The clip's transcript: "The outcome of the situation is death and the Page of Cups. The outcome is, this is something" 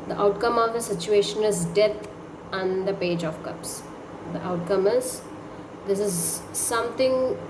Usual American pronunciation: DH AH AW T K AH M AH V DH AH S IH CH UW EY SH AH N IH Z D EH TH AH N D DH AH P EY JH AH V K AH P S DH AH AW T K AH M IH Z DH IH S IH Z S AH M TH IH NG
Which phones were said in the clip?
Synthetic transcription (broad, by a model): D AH AW T K AH M AH V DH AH S IH CH UW EY SH AH N IH Z D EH T AH N D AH P EY JH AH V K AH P S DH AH AW T K AH M IH Z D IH S IH Z S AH M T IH NG